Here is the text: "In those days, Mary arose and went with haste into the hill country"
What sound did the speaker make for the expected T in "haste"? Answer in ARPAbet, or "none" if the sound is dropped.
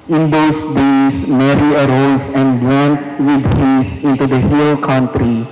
none